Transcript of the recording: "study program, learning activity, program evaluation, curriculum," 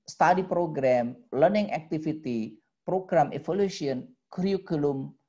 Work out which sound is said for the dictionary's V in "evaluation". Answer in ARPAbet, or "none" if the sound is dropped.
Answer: F